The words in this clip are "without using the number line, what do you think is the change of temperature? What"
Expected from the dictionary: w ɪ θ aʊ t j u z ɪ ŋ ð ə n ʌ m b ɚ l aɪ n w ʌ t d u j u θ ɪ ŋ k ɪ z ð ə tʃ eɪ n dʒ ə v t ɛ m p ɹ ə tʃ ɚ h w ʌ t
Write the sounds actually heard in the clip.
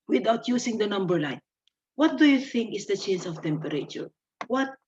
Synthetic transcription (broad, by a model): w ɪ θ aʊ t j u s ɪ ŋ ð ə n ʌ m b ɚ l aɪ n w ʌ t d u j u θ ɪ ŋ k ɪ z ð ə tʃ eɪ n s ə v t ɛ m p ɹ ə tʃ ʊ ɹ w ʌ t